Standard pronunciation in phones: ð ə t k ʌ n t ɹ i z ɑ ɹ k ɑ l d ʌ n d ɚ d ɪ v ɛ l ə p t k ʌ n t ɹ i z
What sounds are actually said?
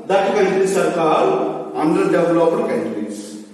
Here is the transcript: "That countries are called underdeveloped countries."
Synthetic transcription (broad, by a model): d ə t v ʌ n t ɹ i s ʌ ɹ k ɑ d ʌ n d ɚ d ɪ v l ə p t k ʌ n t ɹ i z